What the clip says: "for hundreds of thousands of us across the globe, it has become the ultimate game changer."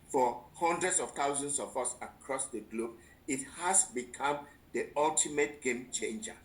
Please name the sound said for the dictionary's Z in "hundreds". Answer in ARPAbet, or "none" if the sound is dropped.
S